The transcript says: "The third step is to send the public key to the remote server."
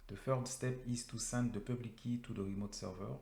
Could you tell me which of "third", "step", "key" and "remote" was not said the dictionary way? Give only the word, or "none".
third